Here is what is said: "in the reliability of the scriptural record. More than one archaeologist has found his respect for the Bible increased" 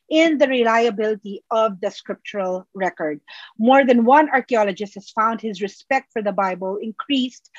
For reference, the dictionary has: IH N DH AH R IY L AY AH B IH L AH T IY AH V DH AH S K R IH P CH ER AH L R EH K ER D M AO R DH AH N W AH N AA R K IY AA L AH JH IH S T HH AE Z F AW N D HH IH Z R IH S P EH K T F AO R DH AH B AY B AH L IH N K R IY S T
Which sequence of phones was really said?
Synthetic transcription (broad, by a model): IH N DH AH R IY L AY AH B IH L AH T IY AH V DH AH S K R IH P CH ER AH L R EH K ER D M AO R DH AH N W AH N AA R K IY AA L AH JH IH S T HH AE S F AW N D HH IH Z R IH S P EH K T F AO R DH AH B AY B AH L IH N K R IY S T